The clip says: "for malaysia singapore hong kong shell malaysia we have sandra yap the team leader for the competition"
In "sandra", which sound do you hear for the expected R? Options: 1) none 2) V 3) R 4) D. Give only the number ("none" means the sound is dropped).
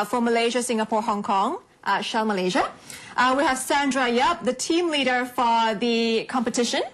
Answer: 3